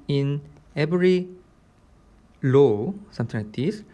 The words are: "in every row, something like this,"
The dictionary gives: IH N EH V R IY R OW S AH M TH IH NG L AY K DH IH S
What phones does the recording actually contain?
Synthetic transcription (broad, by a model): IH N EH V R IY L OW S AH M T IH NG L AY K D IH S